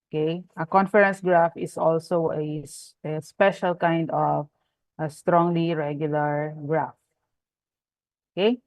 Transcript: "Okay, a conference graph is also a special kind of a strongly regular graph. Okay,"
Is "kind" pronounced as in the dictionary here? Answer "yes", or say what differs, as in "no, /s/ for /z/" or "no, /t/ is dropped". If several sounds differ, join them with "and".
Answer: yes